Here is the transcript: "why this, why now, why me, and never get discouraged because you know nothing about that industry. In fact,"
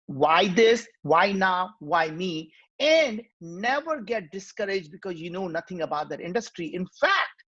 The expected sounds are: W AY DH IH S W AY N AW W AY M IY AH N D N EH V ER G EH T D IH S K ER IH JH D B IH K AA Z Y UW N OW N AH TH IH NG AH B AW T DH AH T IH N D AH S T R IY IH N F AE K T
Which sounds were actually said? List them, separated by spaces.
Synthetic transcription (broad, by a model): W AY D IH S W AY N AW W AY M IY AH N D N EH V ER G EH T D IH S K ER IH JH D B IH K AA Z Y UW N OW N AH T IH NG AH B AW T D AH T IH N D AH S T R IY IH N F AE K T